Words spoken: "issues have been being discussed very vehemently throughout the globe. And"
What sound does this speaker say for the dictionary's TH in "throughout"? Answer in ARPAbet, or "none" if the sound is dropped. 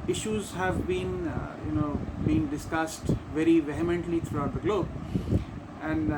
T